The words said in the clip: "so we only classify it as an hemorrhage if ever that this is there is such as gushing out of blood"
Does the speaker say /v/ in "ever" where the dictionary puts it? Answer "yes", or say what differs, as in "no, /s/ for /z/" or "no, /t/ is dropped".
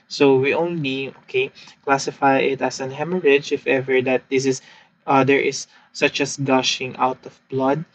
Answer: yes